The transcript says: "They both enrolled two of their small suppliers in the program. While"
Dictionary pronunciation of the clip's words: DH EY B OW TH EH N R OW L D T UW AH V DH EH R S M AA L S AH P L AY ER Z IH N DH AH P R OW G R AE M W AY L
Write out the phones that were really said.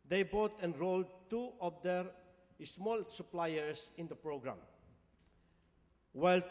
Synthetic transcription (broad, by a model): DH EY B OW T EH N R OW L D T UW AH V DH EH R S M AA L S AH P L AY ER S IH N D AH P R OW G R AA M W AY L